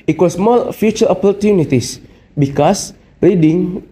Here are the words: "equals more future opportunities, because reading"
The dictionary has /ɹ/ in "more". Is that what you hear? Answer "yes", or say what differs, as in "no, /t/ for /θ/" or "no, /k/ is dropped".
no, /l/ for /ɹ/